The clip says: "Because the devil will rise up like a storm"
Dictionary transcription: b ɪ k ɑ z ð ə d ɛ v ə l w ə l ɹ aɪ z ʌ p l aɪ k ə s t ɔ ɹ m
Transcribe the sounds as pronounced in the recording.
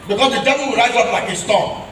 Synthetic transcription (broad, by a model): b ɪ k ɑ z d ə d ɛ v ə l w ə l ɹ aɪ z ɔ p l aɪ k ə s t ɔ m